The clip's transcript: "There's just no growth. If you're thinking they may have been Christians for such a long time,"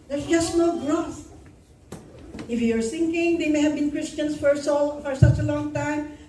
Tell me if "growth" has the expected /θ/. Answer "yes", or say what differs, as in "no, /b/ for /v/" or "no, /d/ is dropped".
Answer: no, /t/ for /θ/